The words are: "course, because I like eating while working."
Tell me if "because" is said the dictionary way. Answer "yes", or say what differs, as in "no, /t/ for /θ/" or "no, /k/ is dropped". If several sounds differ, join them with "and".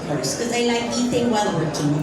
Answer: no, /z/ is dropped